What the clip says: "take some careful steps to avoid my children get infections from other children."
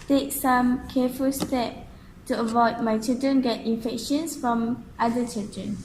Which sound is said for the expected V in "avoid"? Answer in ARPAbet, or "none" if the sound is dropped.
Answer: V